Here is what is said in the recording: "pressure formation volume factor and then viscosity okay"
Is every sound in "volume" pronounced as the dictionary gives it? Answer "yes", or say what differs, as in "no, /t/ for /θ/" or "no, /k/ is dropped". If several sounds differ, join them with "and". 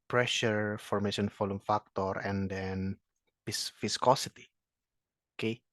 no, /f/ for /v/